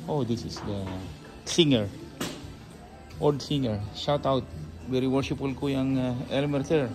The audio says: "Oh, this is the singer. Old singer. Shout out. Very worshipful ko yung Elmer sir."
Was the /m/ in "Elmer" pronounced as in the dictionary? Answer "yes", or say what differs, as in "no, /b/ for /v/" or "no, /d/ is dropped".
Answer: yes